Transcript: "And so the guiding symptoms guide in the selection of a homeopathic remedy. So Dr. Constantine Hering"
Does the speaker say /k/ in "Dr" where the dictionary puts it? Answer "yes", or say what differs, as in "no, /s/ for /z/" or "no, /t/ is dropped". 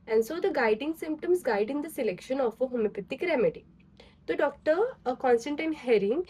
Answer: yes